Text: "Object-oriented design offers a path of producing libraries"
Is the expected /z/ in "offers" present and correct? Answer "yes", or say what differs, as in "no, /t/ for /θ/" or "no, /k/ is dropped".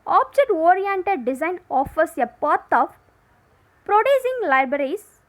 no, /s/ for /z/